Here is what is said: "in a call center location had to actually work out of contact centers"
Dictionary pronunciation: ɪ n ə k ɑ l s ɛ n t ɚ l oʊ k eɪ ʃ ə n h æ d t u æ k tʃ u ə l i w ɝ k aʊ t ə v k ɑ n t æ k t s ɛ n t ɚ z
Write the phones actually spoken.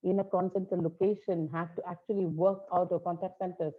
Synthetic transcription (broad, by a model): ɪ n ə k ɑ n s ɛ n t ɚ l oʊ k eɪ ʃ ə n h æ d t u æ k tʃ u ə l i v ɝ k aʊ t ə v k ɑ n t æ k t s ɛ n t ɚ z